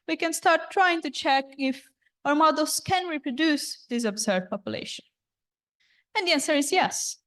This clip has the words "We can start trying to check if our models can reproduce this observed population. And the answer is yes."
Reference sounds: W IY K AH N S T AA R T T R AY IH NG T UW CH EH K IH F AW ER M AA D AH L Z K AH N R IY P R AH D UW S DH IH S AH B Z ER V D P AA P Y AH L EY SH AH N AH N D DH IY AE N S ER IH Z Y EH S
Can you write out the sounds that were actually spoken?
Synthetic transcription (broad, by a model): W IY K AH N S T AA R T T R AY IH NG T UW CH EH K IH F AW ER M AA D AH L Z K AH N R IY P R AH D UW S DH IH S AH B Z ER D P AA P Y AH L EY SH AH N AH N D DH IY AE N S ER IH Z Y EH S